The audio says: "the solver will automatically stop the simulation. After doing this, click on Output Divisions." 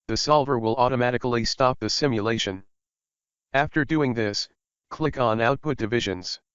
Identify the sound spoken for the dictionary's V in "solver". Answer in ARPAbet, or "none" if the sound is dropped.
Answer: V